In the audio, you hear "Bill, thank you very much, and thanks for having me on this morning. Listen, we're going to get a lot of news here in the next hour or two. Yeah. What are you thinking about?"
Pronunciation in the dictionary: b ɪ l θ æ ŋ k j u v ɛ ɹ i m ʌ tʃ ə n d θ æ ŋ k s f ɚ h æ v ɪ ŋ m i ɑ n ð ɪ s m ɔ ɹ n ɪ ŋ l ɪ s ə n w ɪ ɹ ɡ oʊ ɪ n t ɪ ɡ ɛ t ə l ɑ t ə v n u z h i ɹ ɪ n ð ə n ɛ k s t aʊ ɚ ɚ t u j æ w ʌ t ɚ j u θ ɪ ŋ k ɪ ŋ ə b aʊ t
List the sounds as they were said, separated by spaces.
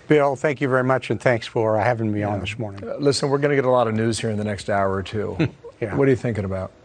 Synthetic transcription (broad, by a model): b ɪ l θ æ ŋ k j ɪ v ɛ ɹ i m ʌ tʃ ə n θ æ ŋ k s f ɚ h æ v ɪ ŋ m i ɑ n ð ɪ s m ɔ ɹ n ɪ ŋ l ɪ s ə n w ɪ ɹ ɡ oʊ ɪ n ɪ ɡ ɛ t ə l ɑ t ə v n u z h i ɹ ɪ n ð ə n ɛ k s t aʊ ɚ ɚ t u j æ w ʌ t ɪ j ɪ θ ɪ ŋ k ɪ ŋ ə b aʊ t